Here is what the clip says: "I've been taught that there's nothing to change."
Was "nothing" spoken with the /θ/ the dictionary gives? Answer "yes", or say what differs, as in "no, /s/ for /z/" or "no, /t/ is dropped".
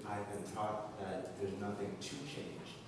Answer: yes